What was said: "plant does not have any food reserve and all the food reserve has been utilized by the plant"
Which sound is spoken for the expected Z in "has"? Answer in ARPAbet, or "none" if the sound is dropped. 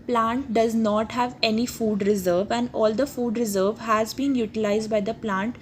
Z